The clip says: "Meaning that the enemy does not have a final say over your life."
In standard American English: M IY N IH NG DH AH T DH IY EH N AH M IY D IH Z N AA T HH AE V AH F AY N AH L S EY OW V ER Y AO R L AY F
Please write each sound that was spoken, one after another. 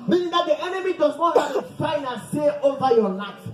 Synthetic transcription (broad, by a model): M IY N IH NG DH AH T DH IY EH N AH M IY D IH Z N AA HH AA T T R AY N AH N S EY OW V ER Y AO L AY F